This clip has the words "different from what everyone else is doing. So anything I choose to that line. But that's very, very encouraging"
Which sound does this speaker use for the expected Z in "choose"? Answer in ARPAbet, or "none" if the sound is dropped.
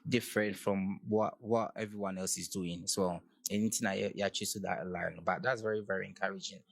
S